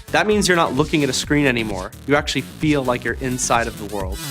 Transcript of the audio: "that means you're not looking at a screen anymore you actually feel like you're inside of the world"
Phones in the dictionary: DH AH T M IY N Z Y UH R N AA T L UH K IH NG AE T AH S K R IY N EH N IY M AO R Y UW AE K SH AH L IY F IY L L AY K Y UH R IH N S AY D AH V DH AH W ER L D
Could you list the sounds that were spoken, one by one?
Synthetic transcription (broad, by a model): DH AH T M IY N Z Y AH R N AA T L UH K IH NG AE T AH S K R IY N EH N IY M AO R Y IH AE K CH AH L IY F IY L L AY K Y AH R IH N S AY D AH V DH AH W ER L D